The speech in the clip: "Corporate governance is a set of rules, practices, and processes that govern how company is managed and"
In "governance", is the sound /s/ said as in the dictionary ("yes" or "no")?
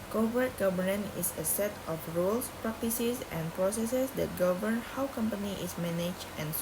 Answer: no